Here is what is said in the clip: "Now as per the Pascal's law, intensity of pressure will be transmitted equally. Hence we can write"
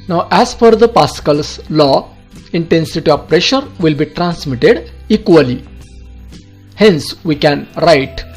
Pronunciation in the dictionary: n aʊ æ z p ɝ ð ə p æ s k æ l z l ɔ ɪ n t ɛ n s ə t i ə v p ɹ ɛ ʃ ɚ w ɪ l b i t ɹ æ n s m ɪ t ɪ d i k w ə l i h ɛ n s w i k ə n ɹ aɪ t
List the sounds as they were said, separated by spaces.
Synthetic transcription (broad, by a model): n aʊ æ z f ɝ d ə p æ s k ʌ l s l ɔ ɪ n t ɛ n s ə t i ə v p ɹ ɛ ʃ ɚ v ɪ l b i t ɹ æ n s m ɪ t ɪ d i k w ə l i h ɛ n s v i k ə n ɹ aɪ t